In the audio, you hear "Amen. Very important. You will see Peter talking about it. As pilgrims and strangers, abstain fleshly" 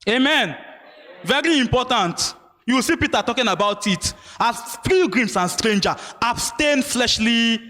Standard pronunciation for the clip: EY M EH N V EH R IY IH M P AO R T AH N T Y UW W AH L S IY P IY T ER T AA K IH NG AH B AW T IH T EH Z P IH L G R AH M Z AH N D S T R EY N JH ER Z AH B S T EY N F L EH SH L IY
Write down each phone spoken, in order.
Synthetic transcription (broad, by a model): EY M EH N V EH R IY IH M P AO T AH N T Y UW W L S IY P IY T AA T AA K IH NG AH B AW T IH T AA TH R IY G R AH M S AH N S T R EY N JH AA AH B S T EY N F L EH SH L IY